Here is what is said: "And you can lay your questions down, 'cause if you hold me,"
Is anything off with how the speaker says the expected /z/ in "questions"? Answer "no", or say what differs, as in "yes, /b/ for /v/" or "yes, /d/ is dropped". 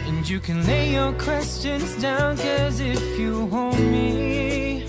no